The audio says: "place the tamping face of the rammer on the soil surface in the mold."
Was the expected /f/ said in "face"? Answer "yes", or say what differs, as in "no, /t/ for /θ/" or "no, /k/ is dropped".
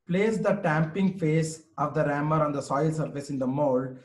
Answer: yes